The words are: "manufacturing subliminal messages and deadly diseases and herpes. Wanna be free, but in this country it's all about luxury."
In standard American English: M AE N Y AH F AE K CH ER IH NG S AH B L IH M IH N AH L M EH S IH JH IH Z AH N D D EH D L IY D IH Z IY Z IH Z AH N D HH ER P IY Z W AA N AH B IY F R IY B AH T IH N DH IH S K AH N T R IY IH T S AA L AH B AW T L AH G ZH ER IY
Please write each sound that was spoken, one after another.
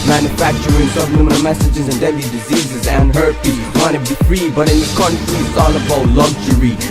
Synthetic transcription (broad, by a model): M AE N Y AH F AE K CH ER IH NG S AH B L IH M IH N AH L M EH S IH JH IH Z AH N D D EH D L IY D IH Z IY Z IH Z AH N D HH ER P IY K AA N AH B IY F R IY B AH T IH N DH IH K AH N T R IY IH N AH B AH UH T L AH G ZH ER IY